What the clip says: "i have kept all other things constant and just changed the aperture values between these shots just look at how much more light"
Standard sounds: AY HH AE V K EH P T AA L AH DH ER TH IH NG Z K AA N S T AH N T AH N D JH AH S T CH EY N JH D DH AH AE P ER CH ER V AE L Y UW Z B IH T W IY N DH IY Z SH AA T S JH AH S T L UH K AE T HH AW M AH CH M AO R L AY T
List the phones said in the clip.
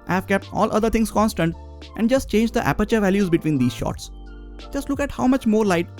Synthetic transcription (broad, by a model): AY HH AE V K EH P T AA L AH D ER T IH NG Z K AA N S T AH N T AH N D JH AH S T CH EY N JH D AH AE P ER CH ER V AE L Y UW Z B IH T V IY N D IY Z SH AA T S JH AH S T L UH K AE T HH AW M AH CH M AO R L AY T